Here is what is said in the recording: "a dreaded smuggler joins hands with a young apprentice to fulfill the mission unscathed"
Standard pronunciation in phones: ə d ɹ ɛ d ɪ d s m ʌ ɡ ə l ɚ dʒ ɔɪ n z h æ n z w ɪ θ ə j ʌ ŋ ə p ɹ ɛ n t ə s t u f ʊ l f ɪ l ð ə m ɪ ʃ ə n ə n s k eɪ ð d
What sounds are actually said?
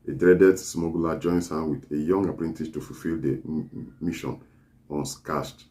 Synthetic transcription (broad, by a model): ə d ɹ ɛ d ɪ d s m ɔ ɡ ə l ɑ dʒ ɔɪ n s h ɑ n w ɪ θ ə j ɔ ŋ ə p ɹ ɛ n t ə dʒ t u f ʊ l f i l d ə m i ʃ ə n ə n s k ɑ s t